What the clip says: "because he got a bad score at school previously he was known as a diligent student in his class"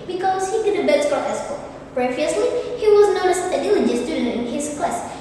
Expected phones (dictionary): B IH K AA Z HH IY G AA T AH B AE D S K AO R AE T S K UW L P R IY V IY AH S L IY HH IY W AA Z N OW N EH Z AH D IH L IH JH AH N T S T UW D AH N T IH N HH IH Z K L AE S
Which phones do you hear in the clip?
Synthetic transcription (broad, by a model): B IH K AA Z HH IY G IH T AH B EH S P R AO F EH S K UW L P R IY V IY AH S L IY HH IY W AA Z N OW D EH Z AH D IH L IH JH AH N S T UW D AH T IH N HH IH S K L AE S